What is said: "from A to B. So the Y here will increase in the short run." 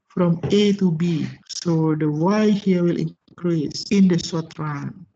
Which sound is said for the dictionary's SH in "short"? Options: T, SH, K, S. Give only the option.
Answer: S